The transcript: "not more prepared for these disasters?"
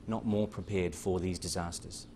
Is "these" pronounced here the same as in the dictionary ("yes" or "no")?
yes